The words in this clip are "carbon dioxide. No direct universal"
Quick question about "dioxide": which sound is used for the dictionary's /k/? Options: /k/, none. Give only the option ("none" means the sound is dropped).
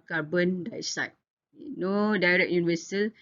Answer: none